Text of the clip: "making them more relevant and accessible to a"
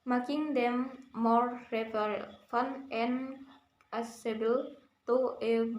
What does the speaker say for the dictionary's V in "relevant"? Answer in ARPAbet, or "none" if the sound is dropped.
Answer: F